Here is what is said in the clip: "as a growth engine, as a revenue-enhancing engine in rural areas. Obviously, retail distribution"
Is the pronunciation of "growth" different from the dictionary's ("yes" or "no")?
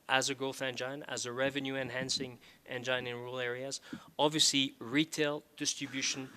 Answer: yes